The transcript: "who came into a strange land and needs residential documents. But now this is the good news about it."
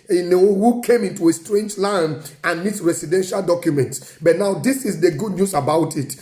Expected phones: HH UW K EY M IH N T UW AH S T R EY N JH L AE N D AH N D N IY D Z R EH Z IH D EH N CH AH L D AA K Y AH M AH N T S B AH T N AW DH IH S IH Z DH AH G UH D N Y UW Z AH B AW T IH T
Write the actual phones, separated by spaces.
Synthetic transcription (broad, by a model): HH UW K EY M IH N T UW AH S T R EY N JH L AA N AH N N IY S R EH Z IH D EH N SH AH L D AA K Y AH M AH N T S B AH T N AW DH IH S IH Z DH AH G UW D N Y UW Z AH B AW T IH T